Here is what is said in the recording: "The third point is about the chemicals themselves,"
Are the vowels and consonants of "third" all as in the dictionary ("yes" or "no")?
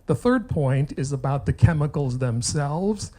yes